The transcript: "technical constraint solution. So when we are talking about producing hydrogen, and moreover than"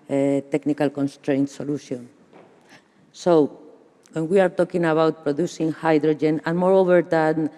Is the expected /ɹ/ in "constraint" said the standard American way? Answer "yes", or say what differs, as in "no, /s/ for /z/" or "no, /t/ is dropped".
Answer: yes